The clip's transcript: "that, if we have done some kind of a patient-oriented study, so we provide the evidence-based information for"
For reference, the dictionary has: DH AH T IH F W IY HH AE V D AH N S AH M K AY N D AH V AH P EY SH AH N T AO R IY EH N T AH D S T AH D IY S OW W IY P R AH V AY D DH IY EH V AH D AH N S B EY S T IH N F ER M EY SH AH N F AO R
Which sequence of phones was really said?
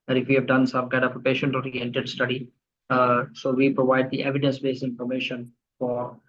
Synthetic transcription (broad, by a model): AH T IH F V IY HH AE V D AH N S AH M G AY D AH P AH P EY SH AH N T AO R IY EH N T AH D S T AH D IY S OW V IY P R AH V AY D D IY EH V AH D AH N S B EY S IH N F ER M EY SH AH N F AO R